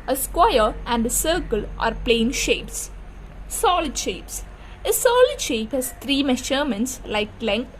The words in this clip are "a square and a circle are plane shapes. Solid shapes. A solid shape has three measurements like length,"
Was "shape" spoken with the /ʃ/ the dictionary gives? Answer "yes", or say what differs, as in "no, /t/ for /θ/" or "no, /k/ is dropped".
yes